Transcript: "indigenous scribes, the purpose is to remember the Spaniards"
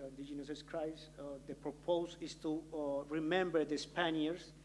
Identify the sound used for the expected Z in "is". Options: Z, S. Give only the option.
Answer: S